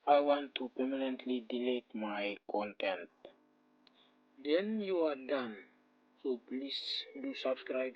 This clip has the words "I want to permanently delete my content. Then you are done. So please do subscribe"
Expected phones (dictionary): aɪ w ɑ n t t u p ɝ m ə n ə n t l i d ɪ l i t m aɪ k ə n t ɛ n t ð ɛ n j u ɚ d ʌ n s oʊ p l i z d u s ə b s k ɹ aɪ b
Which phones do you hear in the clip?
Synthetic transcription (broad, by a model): aɪ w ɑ n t t u p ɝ m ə n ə n t l i d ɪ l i t m aɪ k ə n t ɛ n t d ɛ n j u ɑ d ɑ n s oʊ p l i s d u s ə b s k ɹ aɪ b